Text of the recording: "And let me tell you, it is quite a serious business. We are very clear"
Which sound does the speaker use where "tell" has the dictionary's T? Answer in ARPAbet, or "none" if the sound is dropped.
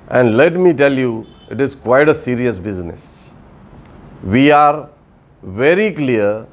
T